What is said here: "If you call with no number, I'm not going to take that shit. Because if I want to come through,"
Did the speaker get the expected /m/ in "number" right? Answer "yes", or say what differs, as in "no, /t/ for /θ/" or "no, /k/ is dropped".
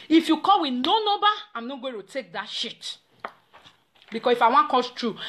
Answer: no, /m/ is dropped